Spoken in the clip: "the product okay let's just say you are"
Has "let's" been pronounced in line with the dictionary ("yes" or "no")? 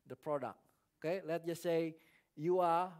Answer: no